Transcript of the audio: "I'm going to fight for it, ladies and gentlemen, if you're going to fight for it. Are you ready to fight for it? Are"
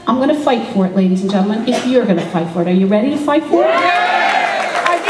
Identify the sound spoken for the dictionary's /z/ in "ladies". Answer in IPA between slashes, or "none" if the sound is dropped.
/z/